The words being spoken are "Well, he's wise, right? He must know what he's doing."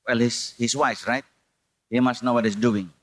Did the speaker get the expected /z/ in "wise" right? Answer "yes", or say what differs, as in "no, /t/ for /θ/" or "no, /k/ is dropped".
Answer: no, /s/ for /z/